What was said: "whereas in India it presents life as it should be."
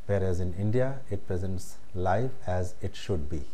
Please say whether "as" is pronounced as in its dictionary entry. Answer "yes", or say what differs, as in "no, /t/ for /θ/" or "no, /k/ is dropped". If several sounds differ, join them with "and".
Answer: yes